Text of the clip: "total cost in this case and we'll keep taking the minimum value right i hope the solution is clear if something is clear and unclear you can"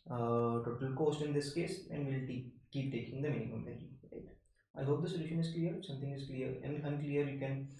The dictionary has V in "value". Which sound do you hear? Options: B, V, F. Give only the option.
B